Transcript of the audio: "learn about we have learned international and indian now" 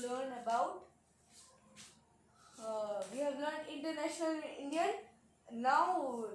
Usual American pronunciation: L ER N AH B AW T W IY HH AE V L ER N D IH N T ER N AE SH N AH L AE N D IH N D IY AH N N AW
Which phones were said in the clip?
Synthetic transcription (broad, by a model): L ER N AH B AW T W IY HH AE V L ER N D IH N T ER N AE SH N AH L IH N D IY AH N N AW